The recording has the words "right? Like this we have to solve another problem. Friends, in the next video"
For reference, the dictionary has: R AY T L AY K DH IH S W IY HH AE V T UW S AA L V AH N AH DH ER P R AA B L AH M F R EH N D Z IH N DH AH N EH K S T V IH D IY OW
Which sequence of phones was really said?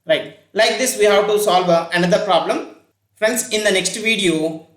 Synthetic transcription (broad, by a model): R AY T L AY K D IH S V IY HH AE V T UW S AA L V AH N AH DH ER P R AA B L AH M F R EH N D S IH N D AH N EH K S T V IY D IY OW